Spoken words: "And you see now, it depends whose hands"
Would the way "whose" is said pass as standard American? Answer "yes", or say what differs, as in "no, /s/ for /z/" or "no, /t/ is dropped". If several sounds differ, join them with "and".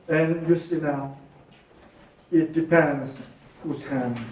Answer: no, /s/ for /z/